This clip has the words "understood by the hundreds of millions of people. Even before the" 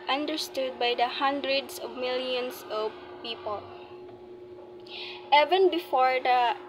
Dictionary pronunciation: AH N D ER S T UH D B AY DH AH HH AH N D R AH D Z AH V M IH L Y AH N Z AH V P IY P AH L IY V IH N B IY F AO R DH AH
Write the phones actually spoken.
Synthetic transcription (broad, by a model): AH N D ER S T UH D B AY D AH HH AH N D R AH D S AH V M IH L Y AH N S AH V P IY P AH L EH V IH N B IY F AO R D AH